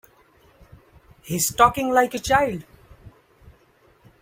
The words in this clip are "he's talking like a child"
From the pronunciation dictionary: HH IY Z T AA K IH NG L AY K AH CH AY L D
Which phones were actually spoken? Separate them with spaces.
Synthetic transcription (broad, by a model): HH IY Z T AA K IH NG L AY K AH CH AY L